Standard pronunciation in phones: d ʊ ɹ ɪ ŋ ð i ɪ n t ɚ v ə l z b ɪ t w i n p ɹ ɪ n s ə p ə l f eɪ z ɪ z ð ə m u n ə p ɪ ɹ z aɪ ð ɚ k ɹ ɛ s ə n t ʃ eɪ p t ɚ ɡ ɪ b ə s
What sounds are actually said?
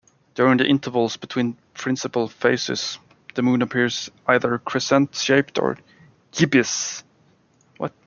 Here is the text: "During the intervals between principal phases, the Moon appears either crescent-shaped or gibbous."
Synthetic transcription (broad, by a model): d ʊ ɹ ɪ ŋ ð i ɪ n t ɚ v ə l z b ɪ t w i n p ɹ ɪ n s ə p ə l f eɪ s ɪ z ð ə m u n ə p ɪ ɹ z aɪ ð ɚ k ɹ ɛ s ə n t ʃ eɪ p t ɚ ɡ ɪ b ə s